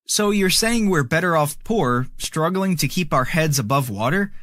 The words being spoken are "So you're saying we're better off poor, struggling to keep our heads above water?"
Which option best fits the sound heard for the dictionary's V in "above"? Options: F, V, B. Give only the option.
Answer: V